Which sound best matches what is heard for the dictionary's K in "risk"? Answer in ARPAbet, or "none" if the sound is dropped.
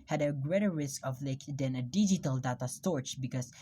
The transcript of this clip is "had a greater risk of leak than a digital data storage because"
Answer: K